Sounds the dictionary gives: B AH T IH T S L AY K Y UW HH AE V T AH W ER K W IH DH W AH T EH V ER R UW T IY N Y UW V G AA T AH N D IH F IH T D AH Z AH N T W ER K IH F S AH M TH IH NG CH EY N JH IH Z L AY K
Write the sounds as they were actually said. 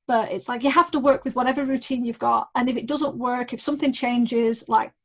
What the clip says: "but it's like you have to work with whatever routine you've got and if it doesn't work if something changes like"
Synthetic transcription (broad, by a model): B AH T IH T S L AY K Y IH HH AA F T AH W ER K W IH DH W AH T EH V ER R UW T IY N Y UW V G AA T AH N IH F IH T D AH Z AH N T W ER K IH F S AH M TH IH NG CH EY N JH IH Z L AY K